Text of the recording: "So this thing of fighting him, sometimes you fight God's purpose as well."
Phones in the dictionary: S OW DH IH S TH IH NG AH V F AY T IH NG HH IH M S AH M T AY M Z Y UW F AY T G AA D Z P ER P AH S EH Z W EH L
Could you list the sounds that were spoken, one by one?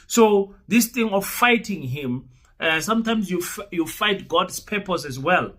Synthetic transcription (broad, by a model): S OW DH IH S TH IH NG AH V F AY T IH NG HH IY M S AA M T AY M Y Y UW F AY T G AA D S P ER P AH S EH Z W EH L